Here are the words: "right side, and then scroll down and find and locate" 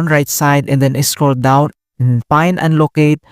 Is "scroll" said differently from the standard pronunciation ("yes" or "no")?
yes